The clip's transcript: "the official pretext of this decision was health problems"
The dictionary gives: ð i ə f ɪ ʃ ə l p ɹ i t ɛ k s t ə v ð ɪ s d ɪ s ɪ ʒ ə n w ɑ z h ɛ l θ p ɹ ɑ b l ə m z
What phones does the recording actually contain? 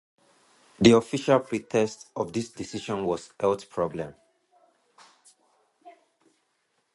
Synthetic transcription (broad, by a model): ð i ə f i ʃ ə l p ɹ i t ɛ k s t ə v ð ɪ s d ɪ s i ʃ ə n w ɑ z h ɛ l t p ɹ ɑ b l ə m